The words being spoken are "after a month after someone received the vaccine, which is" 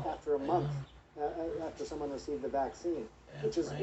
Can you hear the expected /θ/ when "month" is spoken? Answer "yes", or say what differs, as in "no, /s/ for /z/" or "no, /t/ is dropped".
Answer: yes